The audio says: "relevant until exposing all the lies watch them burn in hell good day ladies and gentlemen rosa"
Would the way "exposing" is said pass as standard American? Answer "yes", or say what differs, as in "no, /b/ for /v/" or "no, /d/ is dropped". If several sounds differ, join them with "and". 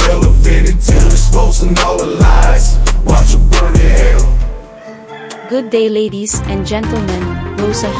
no, /k/ is dropped